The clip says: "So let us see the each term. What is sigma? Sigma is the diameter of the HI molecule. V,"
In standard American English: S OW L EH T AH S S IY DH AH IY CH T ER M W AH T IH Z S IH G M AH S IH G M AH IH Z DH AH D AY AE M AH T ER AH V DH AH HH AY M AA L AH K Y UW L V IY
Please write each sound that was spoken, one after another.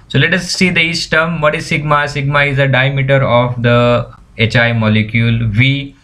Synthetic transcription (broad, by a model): S OW L EH T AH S S IY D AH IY S T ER M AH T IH S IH G M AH S IH G M AH IH Z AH D AY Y M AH T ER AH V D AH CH AY M AA L AH K Y UW L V IY